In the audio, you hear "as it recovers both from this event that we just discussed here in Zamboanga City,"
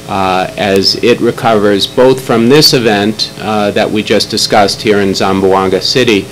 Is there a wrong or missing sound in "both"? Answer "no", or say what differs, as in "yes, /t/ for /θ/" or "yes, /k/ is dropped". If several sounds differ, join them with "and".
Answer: no